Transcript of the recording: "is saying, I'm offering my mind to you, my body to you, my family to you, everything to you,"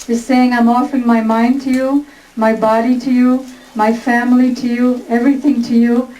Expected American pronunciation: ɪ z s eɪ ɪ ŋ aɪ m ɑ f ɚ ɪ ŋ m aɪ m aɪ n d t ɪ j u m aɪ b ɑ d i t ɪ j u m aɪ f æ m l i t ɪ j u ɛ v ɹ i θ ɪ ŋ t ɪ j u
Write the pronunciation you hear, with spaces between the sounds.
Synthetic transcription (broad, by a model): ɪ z s eɪ ɪ ŋ aɪ m ɑ f ɚ ɪ ŋ m aɪ m aɪ n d t ɪ j u m aɪ b ɑ d i t ɪ j u m aɪ f æ m l i t ɪ j u ɛ v ɹ i θ ɪ ŋ t ɪ j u